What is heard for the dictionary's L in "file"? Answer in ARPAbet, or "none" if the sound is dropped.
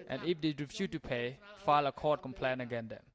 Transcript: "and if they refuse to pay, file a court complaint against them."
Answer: L